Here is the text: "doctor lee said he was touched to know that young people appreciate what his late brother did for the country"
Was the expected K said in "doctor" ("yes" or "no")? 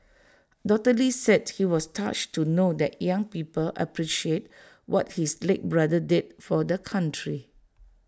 no